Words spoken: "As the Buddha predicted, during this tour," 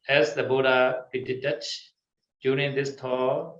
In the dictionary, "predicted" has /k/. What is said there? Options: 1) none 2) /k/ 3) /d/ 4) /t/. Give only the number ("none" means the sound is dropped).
1